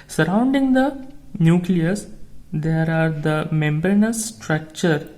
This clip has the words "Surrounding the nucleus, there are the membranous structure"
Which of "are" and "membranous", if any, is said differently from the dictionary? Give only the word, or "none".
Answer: membranous